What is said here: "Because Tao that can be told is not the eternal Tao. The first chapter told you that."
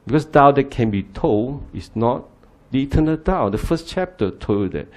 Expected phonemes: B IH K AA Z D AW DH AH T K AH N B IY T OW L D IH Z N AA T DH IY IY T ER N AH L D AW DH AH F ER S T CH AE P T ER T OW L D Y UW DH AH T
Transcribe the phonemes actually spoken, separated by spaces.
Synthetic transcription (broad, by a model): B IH K AA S D AW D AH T K AH N B IY T OW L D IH S N AA T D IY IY T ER N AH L D AW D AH F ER S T CH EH P T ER T OW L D Y UW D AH T